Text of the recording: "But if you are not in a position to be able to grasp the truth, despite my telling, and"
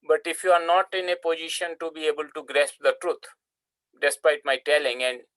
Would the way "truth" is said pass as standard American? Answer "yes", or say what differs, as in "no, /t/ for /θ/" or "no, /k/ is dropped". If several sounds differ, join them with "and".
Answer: no, /t/ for /θ/